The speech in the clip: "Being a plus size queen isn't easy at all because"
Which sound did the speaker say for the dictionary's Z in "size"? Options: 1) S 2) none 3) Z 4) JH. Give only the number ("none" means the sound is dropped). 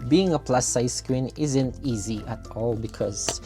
1